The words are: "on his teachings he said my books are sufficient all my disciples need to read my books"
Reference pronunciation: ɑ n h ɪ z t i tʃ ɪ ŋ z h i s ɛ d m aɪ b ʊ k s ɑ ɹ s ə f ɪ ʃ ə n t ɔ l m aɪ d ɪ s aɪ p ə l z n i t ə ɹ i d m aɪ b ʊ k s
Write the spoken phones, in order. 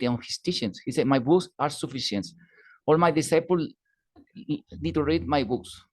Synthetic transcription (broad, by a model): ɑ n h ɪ s t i ʃ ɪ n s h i s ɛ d m aɪ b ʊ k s ɑ ɹ s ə f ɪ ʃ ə n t ɔ l m aɪ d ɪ s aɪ p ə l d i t ɹ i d m aɪ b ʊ k s